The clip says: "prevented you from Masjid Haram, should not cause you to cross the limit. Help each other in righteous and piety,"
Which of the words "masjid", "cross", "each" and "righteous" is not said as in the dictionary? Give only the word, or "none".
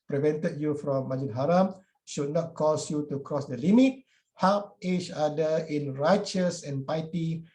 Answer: masjid